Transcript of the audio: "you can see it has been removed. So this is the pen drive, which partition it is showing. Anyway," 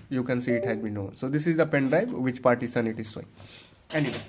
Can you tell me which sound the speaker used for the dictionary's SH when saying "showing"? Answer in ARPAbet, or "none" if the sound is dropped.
S